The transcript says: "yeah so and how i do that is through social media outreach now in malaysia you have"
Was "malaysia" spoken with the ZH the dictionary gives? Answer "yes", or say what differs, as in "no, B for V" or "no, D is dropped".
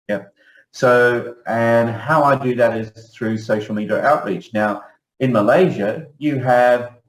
yes